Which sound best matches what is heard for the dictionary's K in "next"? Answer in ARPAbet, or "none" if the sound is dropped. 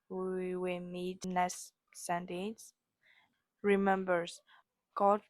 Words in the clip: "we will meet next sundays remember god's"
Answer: none